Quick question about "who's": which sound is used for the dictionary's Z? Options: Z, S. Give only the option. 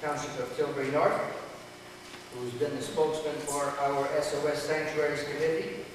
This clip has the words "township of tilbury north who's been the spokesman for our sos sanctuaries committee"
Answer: Z